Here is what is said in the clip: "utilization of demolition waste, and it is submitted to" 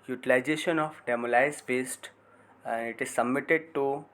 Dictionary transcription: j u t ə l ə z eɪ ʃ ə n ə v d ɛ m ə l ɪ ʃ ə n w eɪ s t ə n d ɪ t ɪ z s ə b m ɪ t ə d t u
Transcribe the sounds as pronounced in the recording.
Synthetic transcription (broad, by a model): j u t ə l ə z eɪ ʃ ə n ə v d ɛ m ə l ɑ ə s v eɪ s t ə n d ɪ t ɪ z s ə b m ɪ t ə d t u